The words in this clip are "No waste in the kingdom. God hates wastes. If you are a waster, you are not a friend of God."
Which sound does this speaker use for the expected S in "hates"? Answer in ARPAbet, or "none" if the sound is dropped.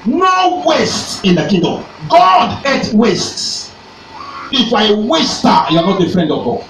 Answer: none